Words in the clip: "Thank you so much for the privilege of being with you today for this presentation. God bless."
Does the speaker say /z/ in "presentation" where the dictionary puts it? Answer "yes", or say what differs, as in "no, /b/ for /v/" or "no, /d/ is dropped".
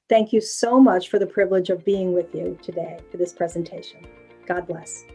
yes